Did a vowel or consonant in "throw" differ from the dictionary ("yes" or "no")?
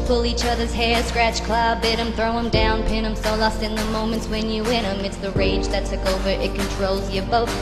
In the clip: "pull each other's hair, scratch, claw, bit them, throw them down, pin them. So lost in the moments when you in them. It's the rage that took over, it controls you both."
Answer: no